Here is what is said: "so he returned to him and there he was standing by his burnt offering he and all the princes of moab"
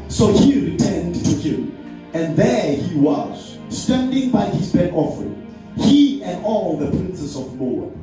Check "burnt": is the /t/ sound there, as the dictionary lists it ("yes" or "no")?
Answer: no